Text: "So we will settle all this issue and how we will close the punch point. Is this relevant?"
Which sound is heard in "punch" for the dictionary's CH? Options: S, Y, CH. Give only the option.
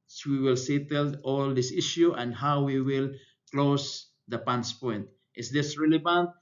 S